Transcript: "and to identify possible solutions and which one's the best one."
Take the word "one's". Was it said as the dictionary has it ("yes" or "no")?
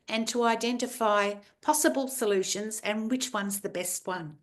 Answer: yes